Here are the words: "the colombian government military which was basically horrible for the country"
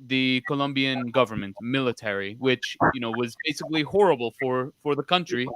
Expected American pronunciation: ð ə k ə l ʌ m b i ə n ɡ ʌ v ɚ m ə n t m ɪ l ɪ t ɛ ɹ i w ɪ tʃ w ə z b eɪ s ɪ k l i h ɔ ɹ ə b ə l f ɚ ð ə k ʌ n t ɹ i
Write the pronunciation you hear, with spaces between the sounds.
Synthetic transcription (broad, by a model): ð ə k ə l ʌ m b i ə n ɡ ʌ v ɚ m ə n t m ɪ l ɪ t ɛ ɹ i w ɪ tʃ w ə z b eɪ s ɪ k l i h ɔ ɹ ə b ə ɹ f ɚ ð ə k ʌ n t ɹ i